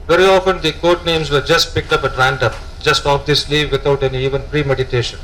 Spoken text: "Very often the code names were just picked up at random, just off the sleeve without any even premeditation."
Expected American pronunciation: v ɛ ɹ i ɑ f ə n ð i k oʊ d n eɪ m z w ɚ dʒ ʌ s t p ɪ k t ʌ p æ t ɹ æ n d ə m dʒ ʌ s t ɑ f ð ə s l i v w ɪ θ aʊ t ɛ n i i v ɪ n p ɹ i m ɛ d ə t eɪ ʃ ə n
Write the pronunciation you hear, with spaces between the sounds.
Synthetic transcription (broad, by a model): v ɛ ɹ i ɑ f ə n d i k oʊ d n eɪ m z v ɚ dʒ ʌ s t p ɪ k t ʌ p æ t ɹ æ n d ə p dʒ ʌ s t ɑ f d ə s l i v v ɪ t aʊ t ɛ n i i v ɪ n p ɹ i m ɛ d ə t eɪ ʃ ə n